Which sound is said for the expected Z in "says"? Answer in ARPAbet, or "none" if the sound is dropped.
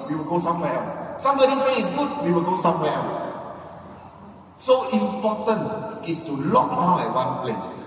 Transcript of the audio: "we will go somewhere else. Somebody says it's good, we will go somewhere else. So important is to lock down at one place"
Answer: none